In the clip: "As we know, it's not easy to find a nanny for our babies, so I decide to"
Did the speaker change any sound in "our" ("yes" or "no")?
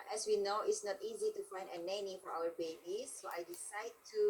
yes